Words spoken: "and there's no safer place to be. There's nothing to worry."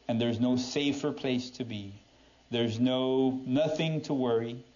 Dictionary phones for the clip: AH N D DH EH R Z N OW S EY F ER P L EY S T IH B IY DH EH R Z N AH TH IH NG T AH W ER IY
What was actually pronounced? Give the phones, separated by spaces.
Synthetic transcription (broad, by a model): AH N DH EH R Z N OW S EY F ER P L EY S T IH B IY DH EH R Z N AH TH IH NG T AH W ER IY